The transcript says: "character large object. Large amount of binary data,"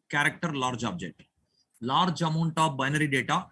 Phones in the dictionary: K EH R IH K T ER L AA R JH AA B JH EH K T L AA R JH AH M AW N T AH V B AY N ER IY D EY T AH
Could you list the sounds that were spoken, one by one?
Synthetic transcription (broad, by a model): K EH R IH K T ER L AA R JH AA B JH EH T L AA R JH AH M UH N T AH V B AY N ER IY D EY T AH